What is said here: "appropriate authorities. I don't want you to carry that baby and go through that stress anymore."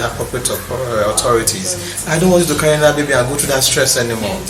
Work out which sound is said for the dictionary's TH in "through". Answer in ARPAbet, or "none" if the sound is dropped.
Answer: T